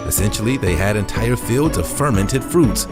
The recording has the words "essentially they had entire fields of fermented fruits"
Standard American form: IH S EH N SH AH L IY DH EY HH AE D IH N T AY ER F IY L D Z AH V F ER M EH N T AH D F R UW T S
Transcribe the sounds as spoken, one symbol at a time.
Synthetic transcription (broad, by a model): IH S EH N SH L IY DH EY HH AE D IH N T AY ER F IY L D Z AH V F ER M EH N T AH D F R UW T S